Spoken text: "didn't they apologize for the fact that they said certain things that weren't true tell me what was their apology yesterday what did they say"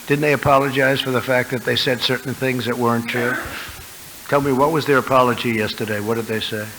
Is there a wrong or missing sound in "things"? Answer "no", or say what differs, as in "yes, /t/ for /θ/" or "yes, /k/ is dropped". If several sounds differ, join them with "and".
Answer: no